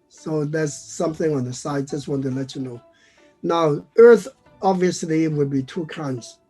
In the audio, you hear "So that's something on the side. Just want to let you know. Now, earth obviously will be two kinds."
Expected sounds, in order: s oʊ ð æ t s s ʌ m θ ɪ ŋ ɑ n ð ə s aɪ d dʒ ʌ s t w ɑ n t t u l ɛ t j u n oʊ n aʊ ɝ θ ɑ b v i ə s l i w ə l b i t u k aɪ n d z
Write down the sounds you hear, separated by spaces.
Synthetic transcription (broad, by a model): s oʊ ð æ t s s ʌ m θ ɪ ŋ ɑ n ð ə s aɪ d dʒ ʌ s t w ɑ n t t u l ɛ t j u n oʊ n aʊ ɝ θ ɑ b v i ə s l i w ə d b i t u k aɪ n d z